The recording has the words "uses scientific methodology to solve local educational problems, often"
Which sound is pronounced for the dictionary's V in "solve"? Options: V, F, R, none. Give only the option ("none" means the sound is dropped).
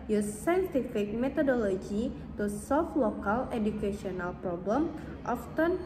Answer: F